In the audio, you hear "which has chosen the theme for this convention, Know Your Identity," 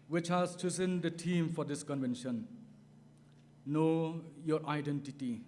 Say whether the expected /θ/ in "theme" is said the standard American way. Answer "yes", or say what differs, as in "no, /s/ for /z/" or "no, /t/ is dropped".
no, /t/ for /θ/